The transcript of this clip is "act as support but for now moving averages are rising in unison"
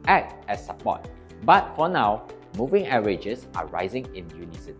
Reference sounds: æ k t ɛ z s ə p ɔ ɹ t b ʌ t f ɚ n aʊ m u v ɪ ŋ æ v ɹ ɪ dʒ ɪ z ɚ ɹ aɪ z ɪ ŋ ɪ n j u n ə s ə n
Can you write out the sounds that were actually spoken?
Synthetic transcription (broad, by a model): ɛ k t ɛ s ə p ɔ t b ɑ t f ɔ n aʊ m u v ɪ ŋ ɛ ɹ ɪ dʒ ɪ s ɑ ɹ aɪ z ɪ ŋ ɪ n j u n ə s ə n